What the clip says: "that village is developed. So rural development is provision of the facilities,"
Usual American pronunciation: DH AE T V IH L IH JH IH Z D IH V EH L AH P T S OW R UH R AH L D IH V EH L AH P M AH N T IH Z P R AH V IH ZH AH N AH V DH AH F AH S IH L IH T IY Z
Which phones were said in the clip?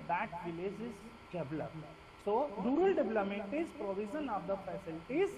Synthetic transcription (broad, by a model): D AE T V IH L IH JH IH Z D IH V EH L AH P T S OW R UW R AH L D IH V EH L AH M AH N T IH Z P R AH V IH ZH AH N AH V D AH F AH S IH L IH T IY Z